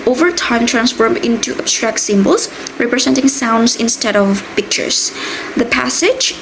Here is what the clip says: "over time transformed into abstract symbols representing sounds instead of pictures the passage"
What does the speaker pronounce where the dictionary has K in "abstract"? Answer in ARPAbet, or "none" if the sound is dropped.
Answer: K